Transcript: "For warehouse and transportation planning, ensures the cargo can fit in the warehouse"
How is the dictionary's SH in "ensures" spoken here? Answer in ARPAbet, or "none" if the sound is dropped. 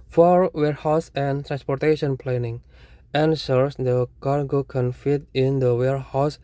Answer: S